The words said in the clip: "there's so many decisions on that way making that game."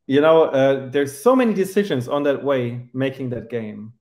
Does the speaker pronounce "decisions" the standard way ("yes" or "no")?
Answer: yes